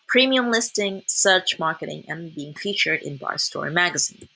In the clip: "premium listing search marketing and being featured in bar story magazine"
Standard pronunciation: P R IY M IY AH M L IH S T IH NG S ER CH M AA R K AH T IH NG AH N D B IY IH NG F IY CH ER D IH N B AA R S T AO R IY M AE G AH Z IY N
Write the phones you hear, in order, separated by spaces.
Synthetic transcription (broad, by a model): P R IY M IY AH M L IH S T IH NG S ER CH M AA R K AH T IH NG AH N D B IY IH NG F IY CH ER D IH N B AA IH S T AO R IY M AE G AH Z IY N